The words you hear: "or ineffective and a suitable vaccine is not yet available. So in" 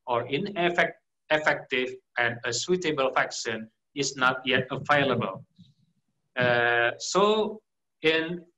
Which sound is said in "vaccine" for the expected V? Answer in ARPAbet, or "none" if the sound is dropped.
F